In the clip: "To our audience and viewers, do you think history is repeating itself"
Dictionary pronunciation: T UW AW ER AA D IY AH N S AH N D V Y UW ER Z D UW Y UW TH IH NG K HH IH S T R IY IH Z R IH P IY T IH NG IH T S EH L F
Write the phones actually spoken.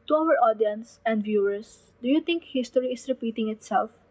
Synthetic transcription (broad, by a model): T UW AW ER AA D IY AH N S AH N D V Y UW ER S D UW Y UW T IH NG K HH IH S T R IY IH S R IH P IY T IH NG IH T S EH L F